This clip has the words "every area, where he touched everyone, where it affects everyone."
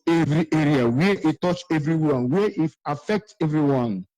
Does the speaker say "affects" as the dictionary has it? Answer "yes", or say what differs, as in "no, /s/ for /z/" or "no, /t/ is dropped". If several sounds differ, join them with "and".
no, /s/ is dropped